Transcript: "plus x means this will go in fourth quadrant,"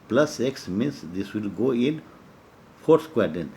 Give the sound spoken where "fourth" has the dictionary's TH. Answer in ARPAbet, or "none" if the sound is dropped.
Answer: S